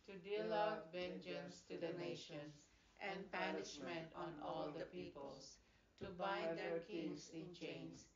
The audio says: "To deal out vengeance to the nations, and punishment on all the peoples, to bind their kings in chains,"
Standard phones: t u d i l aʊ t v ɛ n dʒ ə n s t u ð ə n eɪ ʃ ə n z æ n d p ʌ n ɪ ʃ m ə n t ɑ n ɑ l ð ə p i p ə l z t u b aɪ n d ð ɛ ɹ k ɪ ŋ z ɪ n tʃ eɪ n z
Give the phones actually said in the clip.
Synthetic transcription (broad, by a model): t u d i l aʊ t v ɛ n dʒ ə n s t u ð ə n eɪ ʃ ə n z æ n d p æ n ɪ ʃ m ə n t ɑ n ɑ l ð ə p i p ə l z t u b aɪ d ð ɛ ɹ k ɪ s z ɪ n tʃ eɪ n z